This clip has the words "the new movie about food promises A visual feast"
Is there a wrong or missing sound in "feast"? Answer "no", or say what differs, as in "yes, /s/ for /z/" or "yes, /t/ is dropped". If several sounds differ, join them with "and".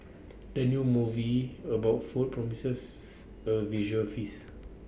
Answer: yes, /t/ is dropped